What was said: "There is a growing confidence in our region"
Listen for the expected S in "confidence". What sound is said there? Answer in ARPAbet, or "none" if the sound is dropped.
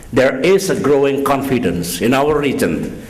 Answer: S